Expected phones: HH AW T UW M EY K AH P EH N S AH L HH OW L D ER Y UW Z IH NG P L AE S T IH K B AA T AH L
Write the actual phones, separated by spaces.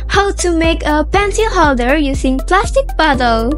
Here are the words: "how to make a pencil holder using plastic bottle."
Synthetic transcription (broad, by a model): HH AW T UW M EY K AH P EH N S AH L HH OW L D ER Y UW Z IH NG P L AE S T IH K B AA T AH L